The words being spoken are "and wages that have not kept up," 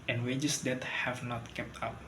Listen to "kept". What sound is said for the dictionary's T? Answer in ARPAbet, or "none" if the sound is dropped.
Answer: T